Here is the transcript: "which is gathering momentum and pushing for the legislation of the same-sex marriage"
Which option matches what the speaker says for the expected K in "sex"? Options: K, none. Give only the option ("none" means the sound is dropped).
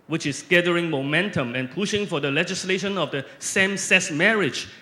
none